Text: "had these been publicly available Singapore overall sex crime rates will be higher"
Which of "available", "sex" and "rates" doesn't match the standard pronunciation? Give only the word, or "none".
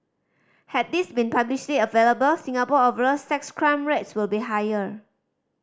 none